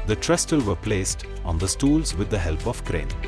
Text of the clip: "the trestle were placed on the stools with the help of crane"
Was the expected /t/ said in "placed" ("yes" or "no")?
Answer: yes